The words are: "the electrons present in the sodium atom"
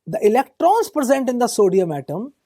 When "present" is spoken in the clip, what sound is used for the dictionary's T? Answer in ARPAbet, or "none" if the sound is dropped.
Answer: T